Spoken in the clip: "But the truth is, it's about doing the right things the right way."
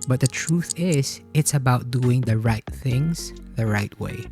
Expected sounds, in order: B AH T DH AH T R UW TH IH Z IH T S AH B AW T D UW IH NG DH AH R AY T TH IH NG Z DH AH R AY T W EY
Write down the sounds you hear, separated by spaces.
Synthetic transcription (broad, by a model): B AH T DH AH T R UW TH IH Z IH T S AH B AW T D UW IH NG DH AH R AY T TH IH NG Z DH AH R AY T W EY